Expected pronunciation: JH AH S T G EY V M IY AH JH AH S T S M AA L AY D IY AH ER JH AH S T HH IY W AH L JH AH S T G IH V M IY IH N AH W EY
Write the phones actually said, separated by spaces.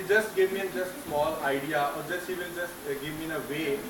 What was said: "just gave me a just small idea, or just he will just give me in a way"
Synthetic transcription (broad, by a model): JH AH S T G EY V M IY AH JH AH S T S M AA L AY D IY AH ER JH AH S T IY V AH N JH AH S T G IH V M IY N AH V EY